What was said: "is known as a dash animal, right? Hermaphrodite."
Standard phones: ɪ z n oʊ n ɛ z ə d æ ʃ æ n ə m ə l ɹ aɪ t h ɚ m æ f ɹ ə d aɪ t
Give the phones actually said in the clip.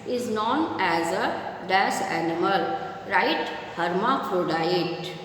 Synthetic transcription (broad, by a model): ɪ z n oʊ n ɛ z ə d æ s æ n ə m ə l ɹ aɪ t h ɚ m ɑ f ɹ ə d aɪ t